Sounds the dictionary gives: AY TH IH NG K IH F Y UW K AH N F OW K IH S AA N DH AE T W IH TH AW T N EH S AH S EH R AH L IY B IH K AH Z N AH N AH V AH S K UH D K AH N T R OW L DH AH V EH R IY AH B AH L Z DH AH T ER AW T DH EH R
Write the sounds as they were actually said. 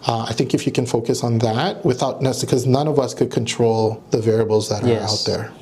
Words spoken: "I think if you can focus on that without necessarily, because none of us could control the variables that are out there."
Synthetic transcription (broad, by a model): AY TH IH NG K IH F Y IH K AH N F OW K IH S N DH AE T W IH TH AW T N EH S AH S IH K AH Z N AH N AH V AH S K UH D K AH N T R OW L DH AH V EH R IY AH B L Z DH AH T ER AW T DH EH R